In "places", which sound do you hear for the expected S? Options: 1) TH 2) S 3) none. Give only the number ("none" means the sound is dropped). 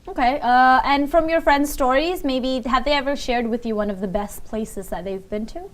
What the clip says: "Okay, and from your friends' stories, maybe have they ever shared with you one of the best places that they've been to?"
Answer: 2